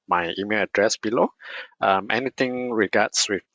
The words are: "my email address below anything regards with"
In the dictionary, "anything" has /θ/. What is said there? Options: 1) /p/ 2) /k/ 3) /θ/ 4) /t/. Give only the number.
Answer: 4